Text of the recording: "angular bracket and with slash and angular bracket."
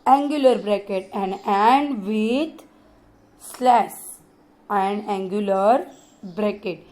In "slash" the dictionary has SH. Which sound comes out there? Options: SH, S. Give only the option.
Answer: S